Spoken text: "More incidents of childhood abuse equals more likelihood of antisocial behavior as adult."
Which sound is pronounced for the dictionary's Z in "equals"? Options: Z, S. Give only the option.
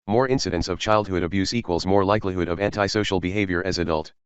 Z